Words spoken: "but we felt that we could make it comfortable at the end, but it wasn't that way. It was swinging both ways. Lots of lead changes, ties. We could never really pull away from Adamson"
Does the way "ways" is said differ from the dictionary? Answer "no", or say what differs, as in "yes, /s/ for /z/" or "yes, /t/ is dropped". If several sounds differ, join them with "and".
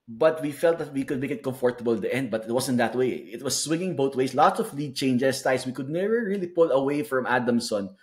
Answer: yes, /s/ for /z/